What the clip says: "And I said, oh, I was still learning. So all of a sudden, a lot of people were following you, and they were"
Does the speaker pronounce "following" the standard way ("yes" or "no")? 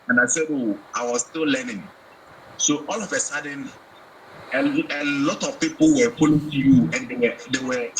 no